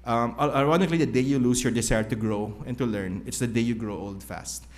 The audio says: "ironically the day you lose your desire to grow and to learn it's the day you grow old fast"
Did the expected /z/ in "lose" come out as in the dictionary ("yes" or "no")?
no